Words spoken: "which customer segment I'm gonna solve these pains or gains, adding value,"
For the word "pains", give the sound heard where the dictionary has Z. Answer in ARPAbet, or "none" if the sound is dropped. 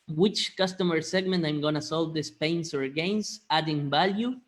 S